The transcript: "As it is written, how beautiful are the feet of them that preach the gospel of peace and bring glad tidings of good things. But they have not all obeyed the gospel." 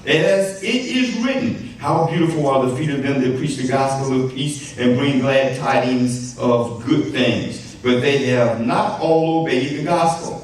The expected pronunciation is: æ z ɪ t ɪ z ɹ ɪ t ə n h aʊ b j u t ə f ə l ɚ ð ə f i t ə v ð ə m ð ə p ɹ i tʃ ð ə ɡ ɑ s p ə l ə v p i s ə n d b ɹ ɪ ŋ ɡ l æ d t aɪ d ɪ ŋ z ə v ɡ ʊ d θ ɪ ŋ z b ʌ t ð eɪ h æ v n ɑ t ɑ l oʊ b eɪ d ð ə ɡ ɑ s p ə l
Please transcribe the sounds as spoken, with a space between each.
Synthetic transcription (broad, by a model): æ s ɪ t ɪ z ɹ ɪ t n h aʊ b j u t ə f l ɚ ð ə f i t ə v ð ə m ð ə p ɹ i tʃ ð ə ɡ ɑ s p l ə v p i s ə n b ɹ ɪ ŋ ɡ l æ d t aɪ d ɪ ŋ z ə v ɡ ʊ d θ ɪ ŋ z b ʌ t ð eɪ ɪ v n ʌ t ɑ l oʊ b eɪ d ð ə ɡ ɑ s p l